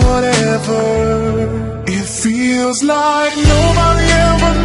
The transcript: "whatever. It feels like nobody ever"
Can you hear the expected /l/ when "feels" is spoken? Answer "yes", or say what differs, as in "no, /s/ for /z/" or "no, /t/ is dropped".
yes